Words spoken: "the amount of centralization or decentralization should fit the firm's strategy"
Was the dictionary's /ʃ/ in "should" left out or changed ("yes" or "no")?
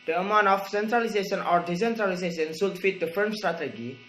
yes